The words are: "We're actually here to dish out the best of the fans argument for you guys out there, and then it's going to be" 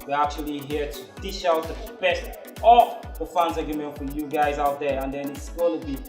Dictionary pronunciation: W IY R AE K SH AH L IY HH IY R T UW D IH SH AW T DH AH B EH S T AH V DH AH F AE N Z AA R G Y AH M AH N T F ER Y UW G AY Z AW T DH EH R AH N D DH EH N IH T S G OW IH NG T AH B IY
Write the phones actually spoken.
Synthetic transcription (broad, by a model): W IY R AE K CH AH L IY HH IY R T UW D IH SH AW T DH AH B EH S T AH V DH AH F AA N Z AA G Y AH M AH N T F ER Y UW G AY Z AW T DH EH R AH N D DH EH N IH T S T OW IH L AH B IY